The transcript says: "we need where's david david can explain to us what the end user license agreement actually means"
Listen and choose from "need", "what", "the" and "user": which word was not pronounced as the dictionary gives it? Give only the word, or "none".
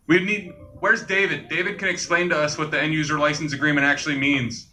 none